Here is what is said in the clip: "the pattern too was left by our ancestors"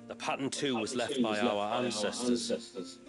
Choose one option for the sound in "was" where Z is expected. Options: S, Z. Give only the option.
Z